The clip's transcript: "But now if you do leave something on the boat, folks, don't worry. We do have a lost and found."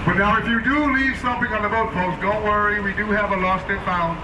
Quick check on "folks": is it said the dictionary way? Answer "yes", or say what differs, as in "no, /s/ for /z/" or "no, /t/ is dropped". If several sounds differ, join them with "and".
no, /p/ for /f/